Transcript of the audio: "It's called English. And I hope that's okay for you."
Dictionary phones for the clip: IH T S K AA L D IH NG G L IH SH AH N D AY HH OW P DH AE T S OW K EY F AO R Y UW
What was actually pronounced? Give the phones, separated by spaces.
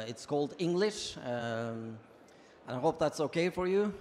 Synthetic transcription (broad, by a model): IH T S K AA L D IH NG G L IH SH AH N AY HH OW P DH AE T S OW K EY F AO R Y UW